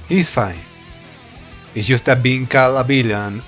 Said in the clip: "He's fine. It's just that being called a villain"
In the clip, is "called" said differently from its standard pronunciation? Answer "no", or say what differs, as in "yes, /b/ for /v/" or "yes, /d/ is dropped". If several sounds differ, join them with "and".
yes, /d/ is dropped